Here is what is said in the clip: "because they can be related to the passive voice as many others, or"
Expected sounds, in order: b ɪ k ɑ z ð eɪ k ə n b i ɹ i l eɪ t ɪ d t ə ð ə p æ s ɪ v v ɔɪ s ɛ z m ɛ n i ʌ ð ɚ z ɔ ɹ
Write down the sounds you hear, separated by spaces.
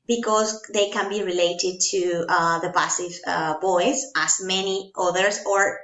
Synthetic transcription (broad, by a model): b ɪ k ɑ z ð eɪ k ə n b i ɹ i l eɪ t ɪ d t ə ð ə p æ s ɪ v b ɔɪ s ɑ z m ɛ n i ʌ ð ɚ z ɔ ɹ